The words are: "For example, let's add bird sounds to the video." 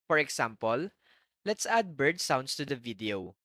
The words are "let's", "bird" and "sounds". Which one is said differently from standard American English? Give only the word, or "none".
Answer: sounds